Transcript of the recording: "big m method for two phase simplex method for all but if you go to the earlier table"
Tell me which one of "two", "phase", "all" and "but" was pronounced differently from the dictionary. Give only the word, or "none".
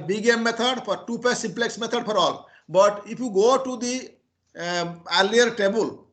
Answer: phase